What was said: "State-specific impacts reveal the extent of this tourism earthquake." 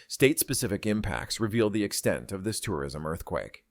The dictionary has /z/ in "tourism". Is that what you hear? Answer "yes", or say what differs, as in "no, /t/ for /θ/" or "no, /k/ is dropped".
yes